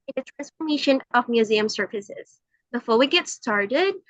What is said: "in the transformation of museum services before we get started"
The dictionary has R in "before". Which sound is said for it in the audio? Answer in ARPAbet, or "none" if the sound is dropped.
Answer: L